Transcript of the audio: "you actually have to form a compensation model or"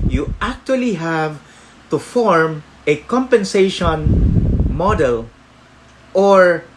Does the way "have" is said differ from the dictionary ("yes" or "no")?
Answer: no